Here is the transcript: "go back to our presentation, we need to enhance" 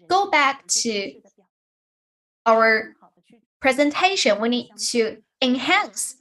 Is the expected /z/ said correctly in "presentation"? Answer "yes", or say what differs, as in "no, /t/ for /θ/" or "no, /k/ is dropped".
yes